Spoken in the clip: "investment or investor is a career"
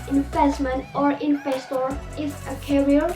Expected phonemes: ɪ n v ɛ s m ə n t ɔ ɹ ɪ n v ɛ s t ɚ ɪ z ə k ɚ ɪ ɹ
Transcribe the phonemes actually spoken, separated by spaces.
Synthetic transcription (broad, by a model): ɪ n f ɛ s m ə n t ɔ ɹ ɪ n f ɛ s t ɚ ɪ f ə k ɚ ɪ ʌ